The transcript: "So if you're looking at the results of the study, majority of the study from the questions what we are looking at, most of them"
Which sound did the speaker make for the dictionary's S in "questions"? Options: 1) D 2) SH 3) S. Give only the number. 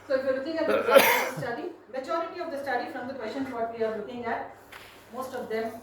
2